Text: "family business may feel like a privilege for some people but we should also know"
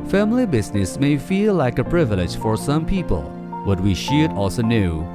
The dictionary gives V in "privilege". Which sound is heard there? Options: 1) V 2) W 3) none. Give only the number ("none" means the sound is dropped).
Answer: 1